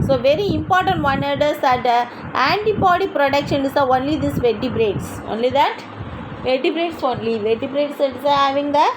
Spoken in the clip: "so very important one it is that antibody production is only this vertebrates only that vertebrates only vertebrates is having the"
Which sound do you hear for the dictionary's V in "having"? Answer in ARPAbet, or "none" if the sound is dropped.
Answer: V